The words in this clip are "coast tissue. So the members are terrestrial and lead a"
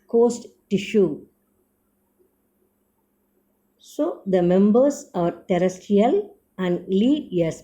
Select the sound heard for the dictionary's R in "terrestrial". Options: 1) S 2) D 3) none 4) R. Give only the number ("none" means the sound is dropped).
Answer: 3